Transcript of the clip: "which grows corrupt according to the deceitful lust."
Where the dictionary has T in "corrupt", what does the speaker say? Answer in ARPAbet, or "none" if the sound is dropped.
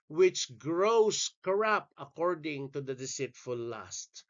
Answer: none